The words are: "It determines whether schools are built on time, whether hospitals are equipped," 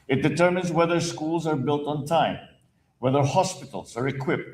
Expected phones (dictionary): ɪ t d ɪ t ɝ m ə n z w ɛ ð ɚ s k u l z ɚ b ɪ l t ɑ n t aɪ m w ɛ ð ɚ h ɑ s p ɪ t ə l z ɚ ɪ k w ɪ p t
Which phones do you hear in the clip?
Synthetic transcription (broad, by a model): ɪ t d ɪ t ɝ m ə n z w ɛ ð ɚ s k u l z ɚ b ɪ l t n t aɪ m w ɛ ð ɚ h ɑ s p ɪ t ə l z ɚ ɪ k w ɪ p t